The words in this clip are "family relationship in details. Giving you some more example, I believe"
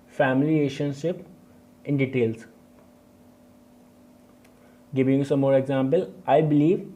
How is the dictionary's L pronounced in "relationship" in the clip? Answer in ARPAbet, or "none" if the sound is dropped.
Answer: none